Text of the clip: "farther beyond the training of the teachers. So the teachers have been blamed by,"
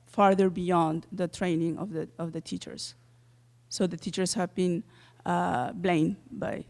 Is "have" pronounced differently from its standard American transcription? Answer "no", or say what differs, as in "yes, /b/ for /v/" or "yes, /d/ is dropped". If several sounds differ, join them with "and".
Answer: no